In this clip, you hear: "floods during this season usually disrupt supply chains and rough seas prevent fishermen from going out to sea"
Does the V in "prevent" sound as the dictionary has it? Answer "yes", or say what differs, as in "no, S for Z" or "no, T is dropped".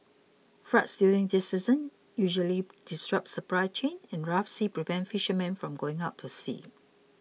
no, P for V